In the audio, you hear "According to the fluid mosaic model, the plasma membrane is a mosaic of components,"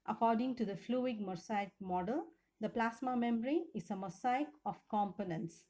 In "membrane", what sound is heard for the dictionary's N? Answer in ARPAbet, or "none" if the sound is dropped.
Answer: none